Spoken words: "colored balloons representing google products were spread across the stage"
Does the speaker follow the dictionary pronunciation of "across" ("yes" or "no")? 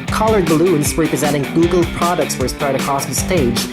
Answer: no